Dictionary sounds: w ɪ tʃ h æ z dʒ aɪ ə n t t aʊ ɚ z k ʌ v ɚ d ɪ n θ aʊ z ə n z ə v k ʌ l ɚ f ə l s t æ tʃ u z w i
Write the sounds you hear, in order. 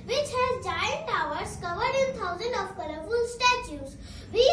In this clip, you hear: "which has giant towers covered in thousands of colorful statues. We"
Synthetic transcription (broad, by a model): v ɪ tʃ h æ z dʒ aɪ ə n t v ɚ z k ʌ v ɚ d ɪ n t aʊ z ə n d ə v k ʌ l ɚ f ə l s t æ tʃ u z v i